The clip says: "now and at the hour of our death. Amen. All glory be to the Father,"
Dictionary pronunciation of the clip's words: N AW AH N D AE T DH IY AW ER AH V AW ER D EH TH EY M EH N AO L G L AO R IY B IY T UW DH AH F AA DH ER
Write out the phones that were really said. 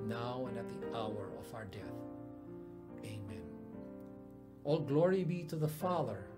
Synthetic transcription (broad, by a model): N AW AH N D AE T DH IY AW ER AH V AW ER D EH TH EY M EH N AO L G L AO R IY B IY T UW DH AH F AA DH ER